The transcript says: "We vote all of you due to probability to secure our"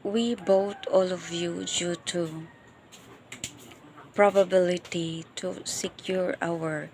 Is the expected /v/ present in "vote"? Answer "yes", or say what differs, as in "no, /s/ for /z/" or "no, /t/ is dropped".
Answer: no, /b/ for /v/